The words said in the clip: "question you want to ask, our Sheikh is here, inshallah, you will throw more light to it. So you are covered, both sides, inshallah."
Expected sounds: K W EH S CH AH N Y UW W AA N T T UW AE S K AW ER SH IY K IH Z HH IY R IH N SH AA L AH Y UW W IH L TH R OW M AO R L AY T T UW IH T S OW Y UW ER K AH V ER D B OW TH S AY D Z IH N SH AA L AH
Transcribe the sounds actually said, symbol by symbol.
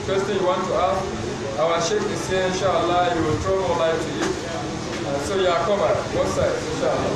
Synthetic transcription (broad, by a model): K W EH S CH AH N Y UW W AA N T T UW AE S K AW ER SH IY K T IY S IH N SH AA L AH Y UW W IH L T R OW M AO L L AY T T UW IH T S OW Y UW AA K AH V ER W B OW S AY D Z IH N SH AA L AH